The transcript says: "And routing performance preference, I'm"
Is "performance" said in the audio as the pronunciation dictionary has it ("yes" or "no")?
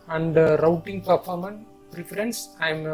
no